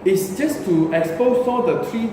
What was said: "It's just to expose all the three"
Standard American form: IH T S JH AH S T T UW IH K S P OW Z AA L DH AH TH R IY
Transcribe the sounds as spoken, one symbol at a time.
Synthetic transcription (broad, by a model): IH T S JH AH S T T UW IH K S P OW S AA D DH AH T R IY